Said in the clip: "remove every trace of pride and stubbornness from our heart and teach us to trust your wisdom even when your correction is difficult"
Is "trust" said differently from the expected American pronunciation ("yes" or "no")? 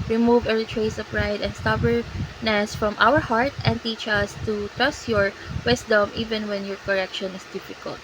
no